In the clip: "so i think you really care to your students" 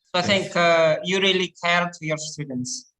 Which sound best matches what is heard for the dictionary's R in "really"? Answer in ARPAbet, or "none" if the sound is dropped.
R